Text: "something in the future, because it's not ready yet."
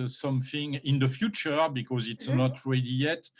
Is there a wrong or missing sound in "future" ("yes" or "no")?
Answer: no